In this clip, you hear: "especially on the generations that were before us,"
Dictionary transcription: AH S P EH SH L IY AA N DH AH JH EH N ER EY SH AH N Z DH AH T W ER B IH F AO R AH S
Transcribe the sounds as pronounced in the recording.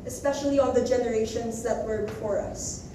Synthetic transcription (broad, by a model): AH S P EH SH L IY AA N DH AH JH EH N ER EY SH AH N Z DH AH T W ER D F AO R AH S